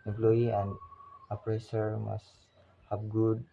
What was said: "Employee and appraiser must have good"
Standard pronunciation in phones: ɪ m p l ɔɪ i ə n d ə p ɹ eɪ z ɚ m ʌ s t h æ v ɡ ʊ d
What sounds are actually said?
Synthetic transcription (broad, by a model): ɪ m p l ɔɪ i ə n d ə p ɹ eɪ s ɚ m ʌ s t h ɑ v ɡ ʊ d